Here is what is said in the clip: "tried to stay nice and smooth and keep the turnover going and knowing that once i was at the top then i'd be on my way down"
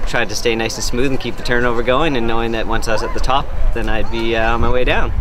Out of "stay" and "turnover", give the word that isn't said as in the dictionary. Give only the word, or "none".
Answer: none